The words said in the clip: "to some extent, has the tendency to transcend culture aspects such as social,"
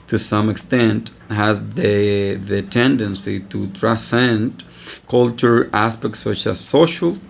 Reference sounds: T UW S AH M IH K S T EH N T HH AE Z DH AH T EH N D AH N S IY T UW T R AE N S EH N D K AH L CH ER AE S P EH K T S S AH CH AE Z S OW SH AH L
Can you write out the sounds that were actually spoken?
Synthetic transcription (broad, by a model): T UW S AH M IH K S T EH N T HH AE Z DH AH T EH N D AH N S IY T UW T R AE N S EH N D K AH L CH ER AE S P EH K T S S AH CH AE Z S OW SH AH L